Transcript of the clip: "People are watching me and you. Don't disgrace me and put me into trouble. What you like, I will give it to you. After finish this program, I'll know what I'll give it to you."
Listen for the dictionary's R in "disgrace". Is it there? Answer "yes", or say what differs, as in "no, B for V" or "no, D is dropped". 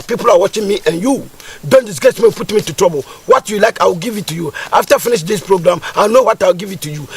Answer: no, R is dropped